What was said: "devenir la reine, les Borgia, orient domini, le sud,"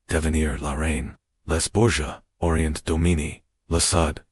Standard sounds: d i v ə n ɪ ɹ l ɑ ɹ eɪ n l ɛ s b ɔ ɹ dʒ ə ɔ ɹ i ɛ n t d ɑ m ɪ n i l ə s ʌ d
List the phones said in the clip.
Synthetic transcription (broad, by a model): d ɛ v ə n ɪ ɹ l ɑ ɹ eɪ n l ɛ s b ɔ ɹ ʒ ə ɔ ɹ i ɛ n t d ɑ m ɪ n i l ə s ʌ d